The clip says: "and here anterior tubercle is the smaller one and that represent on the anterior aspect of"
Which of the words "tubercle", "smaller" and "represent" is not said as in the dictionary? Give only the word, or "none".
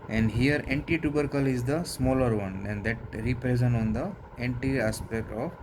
represent